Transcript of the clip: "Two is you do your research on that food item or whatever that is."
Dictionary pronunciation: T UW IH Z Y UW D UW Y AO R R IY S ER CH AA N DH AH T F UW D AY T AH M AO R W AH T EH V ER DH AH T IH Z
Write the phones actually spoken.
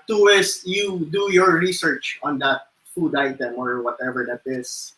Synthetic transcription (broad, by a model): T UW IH S Y UW D UW Y AO R R IY S ER CH AA N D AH T F UW D AY T AH M AO R W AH T EH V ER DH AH T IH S